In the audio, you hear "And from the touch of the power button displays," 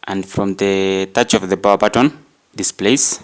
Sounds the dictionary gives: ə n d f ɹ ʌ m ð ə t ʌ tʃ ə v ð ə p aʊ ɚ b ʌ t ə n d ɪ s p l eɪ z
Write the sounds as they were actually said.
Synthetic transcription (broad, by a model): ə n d f ɹ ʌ m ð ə t ʌ tʃ ə v ð ə b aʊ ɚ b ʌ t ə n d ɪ s p l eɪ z